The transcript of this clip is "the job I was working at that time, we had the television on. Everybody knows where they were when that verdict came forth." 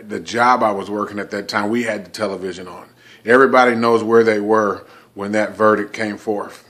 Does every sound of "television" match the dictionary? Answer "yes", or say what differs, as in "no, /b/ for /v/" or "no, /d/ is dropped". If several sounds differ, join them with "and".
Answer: yes